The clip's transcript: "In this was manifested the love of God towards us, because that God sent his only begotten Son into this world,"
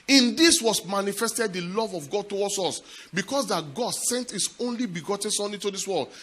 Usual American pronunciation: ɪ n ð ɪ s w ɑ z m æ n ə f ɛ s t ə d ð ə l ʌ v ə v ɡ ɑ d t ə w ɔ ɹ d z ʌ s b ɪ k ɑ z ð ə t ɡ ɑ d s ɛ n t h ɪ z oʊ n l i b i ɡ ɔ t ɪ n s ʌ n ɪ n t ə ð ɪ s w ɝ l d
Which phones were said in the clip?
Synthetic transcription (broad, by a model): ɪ n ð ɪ s w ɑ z m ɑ n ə f ɛ s t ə d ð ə l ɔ v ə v ɡ ɑ d t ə w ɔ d s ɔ s b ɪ k ɑ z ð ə t ɡ ɑ d s ɛ n t h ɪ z oʊ n l i b i ɡ ɔ t ɪ n s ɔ n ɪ t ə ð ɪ s w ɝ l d